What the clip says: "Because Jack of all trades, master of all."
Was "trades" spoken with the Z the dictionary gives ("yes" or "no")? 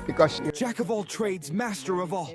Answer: yes